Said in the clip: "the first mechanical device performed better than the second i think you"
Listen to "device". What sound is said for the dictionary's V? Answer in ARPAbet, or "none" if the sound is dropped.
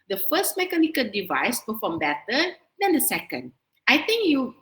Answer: V